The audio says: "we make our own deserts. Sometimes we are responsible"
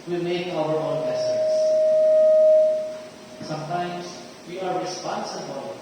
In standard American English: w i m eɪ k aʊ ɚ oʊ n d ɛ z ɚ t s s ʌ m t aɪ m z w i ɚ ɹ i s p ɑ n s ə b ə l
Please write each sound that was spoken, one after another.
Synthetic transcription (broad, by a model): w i m eɪ k aʊ ɚ oʊ n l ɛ s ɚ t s s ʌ m t aɪ m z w i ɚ ɹ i s p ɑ n s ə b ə l